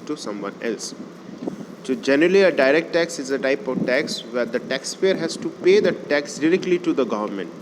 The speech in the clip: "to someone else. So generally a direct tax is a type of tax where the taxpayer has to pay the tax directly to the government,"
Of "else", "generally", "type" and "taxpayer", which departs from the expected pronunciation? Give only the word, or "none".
taxpayer